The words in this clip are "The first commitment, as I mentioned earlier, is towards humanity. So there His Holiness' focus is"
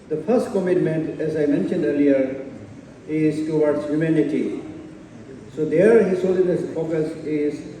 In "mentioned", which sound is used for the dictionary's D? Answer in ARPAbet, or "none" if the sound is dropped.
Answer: D